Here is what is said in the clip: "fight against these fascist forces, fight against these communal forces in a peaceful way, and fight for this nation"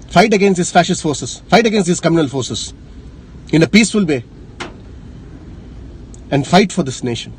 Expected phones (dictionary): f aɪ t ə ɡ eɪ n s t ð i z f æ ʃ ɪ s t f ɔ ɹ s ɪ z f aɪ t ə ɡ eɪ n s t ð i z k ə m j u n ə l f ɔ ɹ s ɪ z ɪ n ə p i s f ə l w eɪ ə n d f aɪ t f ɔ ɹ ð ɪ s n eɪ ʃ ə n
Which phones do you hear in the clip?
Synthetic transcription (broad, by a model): f aɪ t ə ɡ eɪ n s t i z f æ ʃ ɪ s t f ɔ ɹ s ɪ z f aɪ t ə ɡ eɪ n s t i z k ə m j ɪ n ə l f ɔ ɹ s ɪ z ɪ n ə p i s f ə l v eɪ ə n d f aɪ t f ɔ ɹ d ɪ s n eɪ ʃ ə n